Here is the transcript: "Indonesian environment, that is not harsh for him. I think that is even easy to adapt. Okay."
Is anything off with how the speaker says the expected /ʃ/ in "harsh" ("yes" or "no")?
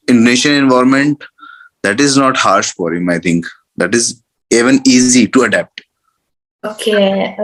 no